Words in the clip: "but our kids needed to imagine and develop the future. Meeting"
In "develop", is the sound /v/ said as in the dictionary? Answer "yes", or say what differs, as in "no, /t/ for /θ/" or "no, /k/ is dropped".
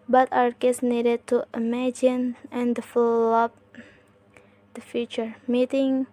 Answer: no, /f/ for /v/